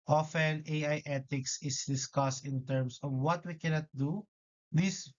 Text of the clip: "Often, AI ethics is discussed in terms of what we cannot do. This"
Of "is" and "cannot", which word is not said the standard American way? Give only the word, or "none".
is